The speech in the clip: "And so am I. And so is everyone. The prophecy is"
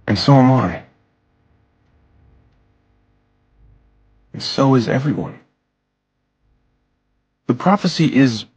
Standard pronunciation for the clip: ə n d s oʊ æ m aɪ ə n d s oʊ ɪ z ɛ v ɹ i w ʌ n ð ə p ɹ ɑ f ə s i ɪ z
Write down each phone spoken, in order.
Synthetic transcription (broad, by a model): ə n s oʊ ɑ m aɪ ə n s oʊ ɪ z ɛ v ɹ i w ʌ n ð ə p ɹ ɑ f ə s i ɪ z